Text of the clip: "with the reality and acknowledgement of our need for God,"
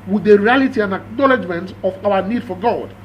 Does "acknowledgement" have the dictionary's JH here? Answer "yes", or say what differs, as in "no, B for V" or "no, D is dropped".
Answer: yes